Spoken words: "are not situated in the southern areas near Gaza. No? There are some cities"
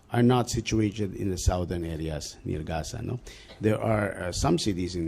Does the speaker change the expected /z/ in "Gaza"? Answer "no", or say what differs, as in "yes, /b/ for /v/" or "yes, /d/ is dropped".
yes, /s/ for /z/